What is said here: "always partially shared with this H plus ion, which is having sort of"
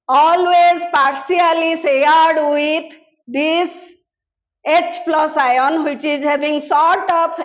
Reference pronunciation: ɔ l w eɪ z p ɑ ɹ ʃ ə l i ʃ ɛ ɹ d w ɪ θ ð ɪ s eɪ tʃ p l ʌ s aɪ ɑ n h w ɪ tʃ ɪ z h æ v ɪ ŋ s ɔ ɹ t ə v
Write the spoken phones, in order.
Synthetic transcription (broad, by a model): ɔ l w eɪ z p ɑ ɹ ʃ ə l i s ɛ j d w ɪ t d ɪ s eɪ tʃ p l ʌ s aɪ ɑ n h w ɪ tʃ ɪ z h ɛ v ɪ ŋ s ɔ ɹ t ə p